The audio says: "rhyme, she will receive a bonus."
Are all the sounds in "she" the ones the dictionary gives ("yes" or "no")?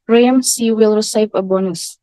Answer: no